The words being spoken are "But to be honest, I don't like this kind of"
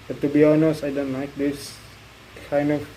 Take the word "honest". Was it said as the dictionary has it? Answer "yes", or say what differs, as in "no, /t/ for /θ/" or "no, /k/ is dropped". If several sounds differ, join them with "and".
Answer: no, /t/ is dropped